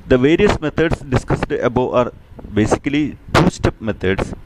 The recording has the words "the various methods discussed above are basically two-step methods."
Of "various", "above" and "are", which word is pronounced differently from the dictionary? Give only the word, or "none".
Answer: above